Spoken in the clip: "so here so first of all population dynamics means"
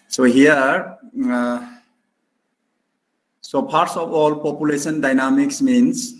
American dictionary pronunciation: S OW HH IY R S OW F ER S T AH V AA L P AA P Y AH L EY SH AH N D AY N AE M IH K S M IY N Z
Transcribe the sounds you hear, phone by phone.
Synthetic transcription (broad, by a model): S OW HH IY R S OW P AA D T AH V AA L P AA P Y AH L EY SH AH N D AY N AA M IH K S M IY N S